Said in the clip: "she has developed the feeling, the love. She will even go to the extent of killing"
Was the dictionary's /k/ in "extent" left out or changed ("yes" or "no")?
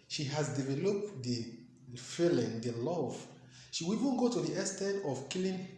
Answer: yes